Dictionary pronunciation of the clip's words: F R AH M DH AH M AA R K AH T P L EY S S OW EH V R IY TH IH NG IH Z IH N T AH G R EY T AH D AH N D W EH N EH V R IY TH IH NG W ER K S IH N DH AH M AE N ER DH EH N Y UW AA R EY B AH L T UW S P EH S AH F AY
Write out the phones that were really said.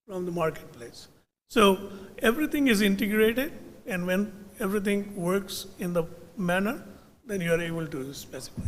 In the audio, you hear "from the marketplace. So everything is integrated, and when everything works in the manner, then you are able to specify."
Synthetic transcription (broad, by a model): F R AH M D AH M AA R K AH T P L EY S S OW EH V R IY T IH NG IH Z IH N T AH G R EY T AH D AH N D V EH N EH V R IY T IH NG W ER K S IH N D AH M AE N ER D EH N Y UW AA R EY B AH L T UW S P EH S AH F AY